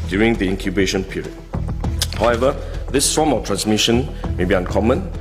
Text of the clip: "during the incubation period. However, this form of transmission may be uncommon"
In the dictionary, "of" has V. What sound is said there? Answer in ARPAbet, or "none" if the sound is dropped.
F